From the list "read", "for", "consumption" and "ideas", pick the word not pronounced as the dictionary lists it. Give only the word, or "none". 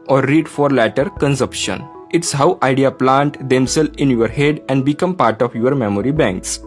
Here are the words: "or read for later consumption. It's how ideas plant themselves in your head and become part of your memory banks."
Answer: ideas